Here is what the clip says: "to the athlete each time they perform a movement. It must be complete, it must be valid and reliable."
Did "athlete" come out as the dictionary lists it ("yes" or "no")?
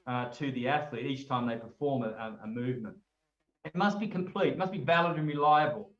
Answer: yes